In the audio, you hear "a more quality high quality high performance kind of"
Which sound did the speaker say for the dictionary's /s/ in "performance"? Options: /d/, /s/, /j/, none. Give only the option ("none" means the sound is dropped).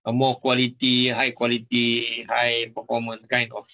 none